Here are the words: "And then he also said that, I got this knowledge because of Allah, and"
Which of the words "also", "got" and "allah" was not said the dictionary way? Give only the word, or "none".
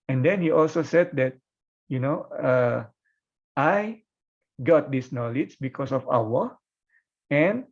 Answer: allah